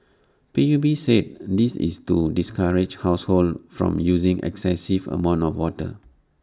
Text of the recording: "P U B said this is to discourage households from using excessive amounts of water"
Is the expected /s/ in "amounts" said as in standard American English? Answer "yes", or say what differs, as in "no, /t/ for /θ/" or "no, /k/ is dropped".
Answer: no, /s/ is dropped